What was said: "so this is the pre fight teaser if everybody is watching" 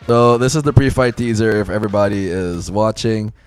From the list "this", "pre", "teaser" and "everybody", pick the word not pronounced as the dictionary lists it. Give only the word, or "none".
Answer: none